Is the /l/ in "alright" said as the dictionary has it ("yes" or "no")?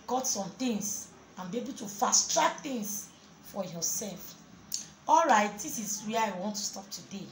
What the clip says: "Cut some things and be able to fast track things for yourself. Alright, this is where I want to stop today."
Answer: yes